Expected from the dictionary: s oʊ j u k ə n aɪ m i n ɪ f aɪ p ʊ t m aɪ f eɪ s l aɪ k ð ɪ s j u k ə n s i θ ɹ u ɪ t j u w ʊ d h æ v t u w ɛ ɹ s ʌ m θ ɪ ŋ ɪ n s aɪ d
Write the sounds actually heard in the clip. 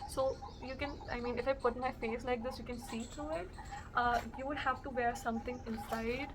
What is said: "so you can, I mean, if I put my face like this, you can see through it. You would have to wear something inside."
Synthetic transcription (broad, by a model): s oʊ j u k ə n aɪ m i n ɪ f aɪ p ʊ t m aɪ f eɪ s l aɪ k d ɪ s j u k ə n s i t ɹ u ɪ t j u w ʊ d h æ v t u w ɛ ɹ s ʌ m t ɪ ŋ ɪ n s aɪ d